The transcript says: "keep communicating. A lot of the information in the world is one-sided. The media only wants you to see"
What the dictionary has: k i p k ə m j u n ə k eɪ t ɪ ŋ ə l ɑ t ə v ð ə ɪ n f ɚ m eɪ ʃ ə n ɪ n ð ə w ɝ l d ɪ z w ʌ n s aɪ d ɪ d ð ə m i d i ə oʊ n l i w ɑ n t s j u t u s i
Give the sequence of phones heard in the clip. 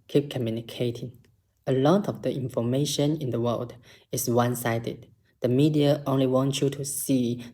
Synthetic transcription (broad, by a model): k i p k ə m j u n ə k eɪ t ɪ ŋ ə l ɑ t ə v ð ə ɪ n f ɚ m eɪ ʃ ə n ɪ n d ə w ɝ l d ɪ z w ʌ n s aɪ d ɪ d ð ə m i d i ə oʊ n l i w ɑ n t j u t u s i